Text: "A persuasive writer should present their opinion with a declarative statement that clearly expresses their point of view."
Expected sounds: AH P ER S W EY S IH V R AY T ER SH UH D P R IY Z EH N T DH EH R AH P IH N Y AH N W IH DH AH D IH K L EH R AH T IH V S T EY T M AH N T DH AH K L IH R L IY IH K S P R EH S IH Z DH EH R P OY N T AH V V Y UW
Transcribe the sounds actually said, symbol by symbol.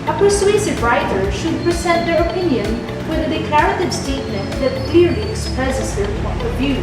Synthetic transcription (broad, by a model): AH P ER S W EY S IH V R AY T ER SH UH D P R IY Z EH T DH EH R AH P IH N Y AH N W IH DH AH D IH K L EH R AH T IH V S T EY T M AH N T DH AH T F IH R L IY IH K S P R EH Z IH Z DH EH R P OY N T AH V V Y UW